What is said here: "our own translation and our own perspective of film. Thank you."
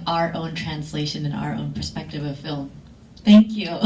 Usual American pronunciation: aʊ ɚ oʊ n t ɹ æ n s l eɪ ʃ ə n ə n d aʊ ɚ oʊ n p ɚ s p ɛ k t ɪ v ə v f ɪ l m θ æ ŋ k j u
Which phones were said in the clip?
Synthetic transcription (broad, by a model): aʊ ɚ oʊ n t ɹ æ n s l eɪ ʃ ə n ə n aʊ ɚ oʊ n p ɚ s p ɛ k t ɪ v ə v f ɪ l m θ æ ŋ k j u